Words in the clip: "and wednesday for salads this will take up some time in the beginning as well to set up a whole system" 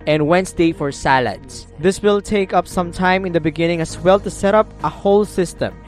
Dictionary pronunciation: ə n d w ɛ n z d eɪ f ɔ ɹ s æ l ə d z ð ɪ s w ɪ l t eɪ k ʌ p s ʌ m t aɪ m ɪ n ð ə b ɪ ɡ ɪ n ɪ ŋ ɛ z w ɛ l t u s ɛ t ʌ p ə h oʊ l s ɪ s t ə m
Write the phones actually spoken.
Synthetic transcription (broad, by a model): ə n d w ɛ n s d eɪ f ɔ ɹ s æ l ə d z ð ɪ s w ɪ l t eɪ k ʌ p s ʌ m t aɪ m ɪ n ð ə b ɪ ɡ ɪ n ɪ ŋ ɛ s w ɛ l t u s ɛ t ʌ p ə h oʊ l s ɪ s t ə m